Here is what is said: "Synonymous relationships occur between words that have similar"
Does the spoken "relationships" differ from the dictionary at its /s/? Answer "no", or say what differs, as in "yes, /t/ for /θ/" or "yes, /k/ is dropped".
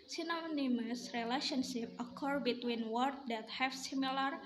yes, /s/ is dropped